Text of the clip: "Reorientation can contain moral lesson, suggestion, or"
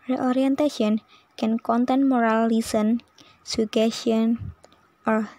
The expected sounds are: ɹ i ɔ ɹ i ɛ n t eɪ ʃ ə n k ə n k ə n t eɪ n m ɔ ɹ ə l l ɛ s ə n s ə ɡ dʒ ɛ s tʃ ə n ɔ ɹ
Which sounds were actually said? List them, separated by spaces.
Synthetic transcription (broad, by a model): ɹ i ɔ ɹ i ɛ n t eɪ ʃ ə n k ə n k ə n t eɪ n m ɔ ɹ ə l l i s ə n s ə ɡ ɛ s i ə n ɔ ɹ